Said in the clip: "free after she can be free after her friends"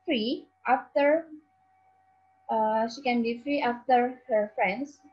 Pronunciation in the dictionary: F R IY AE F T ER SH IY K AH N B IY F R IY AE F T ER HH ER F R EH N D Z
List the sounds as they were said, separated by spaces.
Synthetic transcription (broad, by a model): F R IY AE F T ER SH IY K AH N B IY F R IY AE F T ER HH ER F R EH N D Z